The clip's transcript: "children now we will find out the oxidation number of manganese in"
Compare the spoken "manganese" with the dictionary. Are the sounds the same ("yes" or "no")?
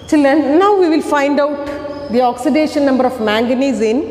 yes